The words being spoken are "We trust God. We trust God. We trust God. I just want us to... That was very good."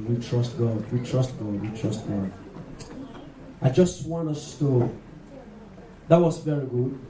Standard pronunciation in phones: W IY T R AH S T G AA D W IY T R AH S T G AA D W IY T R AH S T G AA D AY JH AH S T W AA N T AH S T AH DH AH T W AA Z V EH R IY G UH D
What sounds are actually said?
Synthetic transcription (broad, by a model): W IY T R AH S T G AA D W IY T R AH S T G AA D W IY T R AH S T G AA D AY JH AH S T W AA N AH S T AH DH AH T W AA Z V EH R IY G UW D